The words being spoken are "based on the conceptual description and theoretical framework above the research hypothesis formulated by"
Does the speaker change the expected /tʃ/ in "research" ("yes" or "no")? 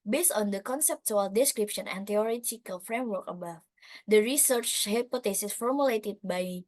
no